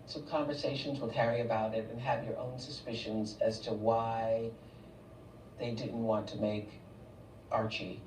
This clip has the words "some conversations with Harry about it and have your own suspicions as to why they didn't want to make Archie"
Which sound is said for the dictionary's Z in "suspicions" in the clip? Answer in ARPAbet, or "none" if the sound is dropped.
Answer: Z